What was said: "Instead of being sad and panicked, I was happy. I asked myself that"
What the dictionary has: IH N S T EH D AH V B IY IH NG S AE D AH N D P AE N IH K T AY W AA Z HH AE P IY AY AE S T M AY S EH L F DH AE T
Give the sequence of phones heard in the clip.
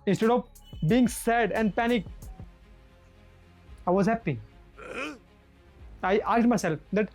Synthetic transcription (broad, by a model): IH N S T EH D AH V B IY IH NG S AE D AH N D P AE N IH K AY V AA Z HH AE P IY AY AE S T M AY S EH L F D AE T